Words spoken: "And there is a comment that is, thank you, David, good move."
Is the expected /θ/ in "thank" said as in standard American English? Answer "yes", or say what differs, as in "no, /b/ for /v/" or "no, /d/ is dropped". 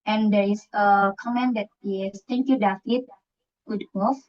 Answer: no, /t/ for /θ/